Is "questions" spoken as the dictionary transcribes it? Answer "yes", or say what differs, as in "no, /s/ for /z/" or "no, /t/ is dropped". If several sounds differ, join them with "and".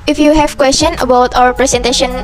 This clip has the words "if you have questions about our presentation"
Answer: no, /z/ is dropped